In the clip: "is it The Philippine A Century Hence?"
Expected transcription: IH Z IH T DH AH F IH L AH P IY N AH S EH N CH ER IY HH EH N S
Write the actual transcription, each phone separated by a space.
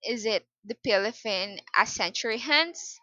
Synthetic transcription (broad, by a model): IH Z IH T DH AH P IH L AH F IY N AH S EH N CH ER IY HH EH N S